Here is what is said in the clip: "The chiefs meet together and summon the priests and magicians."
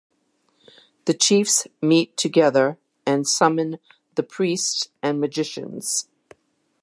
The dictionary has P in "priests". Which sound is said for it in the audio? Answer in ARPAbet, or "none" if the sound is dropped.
P